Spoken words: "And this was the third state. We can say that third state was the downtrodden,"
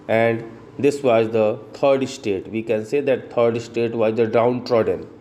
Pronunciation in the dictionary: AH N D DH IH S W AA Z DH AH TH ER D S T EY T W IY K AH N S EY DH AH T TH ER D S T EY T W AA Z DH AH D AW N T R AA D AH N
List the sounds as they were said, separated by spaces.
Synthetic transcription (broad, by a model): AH N D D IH S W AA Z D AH T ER D S T EY T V IY K AH N S EY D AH T T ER D S T EY T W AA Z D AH D AW N T R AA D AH N